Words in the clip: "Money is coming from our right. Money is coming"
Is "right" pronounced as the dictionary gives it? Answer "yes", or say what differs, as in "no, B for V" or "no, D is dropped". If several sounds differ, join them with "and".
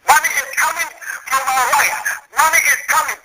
no, L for R